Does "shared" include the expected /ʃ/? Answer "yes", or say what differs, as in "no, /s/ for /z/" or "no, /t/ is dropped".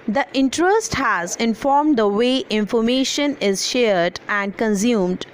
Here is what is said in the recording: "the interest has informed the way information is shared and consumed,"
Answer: yes